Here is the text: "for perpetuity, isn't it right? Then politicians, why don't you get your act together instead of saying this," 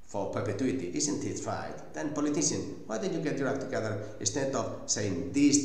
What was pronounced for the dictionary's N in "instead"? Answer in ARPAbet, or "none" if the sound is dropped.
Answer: none